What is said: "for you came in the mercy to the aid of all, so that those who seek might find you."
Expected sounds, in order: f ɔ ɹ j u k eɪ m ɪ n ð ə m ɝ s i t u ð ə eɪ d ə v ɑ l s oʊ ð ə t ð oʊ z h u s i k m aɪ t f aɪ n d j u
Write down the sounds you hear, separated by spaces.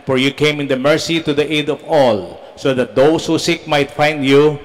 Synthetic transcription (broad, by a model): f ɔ ɹ j u k eɪ m ɪ n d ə m ɝ s i t u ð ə eɪ d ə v ɑ l s oʊ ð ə t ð oʊ s h u s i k m aɪ t f aɪ n d j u